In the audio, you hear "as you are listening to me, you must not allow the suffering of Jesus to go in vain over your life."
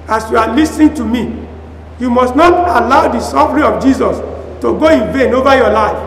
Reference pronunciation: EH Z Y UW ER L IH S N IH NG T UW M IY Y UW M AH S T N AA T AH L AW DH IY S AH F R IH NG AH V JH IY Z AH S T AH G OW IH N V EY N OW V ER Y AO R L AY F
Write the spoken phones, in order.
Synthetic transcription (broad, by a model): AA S Y UW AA L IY S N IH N T UW M IY Y UW M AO S T N AA T AH L AW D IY S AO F R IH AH F JH IY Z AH S T AH G OW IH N V EY N OW V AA Y AO L AY F